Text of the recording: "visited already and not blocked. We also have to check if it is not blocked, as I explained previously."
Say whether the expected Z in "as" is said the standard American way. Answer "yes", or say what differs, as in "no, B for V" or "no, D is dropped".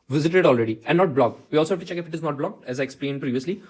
yes